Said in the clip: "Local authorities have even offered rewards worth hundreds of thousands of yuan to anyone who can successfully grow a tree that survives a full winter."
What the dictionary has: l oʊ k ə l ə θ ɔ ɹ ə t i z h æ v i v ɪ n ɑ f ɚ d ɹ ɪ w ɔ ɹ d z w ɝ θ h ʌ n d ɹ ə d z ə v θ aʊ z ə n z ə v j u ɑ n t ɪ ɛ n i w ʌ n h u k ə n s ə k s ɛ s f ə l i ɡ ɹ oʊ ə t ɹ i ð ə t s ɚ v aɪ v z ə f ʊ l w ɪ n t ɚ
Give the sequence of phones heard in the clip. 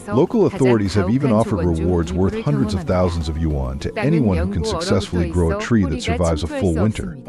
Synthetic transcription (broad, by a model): l oʊ k l ə θ ɔ ɹ ə t i z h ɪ v i v ɪ n ɑ f ɚ d ɹ ɪ w ɔ ɹ d z w ɝ θ h ʌ n d ɹ ə d z ə v θ aʊ z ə n z ə v j u ɑ n t ɪ ɛ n i w ʌ n h u k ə n s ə k s ɛ s f l i ɡ ɹ oʊ ə t ɹ i ð ə t s ɚ v aɪ v z ə f ʊ l w ɪ n t ɚ